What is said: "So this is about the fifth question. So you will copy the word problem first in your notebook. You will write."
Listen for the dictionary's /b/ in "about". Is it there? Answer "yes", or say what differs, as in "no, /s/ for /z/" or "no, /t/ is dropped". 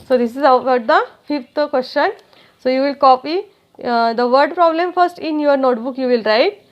no, /b/ is dropped